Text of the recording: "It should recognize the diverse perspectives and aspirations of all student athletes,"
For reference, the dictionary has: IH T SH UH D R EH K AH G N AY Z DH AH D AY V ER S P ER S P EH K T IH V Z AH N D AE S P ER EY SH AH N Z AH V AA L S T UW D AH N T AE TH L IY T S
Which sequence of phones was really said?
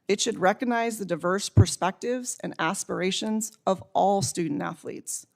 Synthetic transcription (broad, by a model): IH T SH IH D R EH K AH G N AY Z DH AH D AY V ER S P ER S P EH K T IH V Z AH N AE S P ER EY SH AH N Z AH V AA L S T UW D N T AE TH L IY T S